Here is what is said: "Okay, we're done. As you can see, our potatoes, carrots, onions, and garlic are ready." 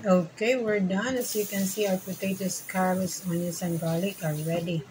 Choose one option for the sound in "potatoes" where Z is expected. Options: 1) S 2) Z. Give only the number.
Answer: 1